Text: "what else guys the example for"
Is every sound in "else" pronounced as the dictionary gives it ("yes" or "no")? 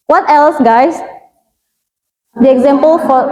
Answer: yes